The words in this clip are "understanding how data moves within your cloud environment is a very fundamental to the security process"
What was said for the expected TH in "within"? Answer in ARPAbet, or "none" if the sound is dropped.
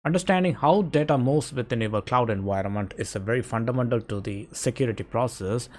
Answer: T